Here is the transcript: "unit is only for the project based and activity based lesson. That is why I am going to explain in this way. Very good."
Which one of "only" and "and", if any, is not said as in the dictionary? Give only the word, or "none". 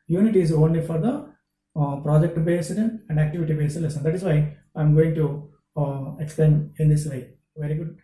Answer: none